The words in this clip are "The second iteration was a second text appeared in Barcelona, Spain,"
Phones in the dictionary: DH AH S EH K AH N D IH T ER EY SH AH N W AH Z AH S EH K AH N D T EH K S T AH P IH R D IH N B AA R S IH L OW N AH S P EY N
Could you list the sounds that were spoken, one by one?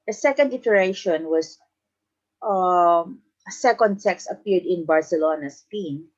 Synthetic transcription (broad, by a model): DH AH S EH K AH N D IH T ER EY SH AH N W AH S AH S EH K AH N D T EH K S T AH P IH R D IH N B AA R S IH L OW N AH S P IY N